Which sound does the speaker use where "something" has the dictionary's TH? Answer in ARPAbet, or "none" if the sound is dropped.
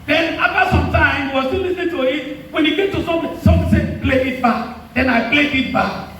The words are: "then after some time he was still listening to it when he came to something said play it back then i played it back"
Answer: S